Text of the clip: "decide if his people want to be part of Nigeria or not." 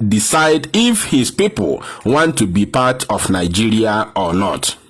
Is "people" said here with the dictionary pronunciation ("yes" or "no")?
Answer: yes